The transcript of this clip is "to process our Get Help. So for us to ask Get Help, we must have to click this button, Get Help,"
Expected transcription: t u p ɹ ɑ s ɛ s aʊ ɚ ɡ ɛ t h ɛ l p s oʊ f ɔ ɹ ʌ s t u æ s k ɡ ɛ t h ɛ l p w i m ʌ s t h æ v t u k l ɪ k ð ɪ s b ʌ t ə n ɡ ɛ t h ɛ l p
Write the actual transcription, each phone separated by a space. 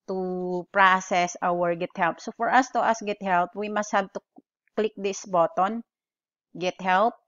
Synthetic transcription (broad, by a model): t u p ɹ ɑ s ɛ s aʊ ɚ ɡ ɛ t h ɛ l p s oʊ f ɔ ɹ ʌ s t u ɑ s ɡ ɛ t h ɛ l p w i m ʌ s t h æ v t u k l ɪ k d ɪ s b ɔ t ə n ɡ ɛ t h ɛ l p